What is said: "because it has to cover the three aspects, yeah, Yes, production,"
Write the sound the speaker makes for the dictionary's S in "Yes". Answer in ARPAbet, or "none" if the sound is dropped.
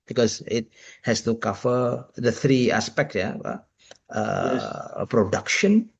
none